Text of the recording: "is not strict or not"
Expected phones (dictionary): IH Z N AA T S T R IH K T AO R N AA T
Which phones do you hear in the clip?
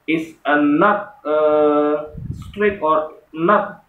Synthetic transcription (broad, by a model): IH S N AA T S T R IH T AO R N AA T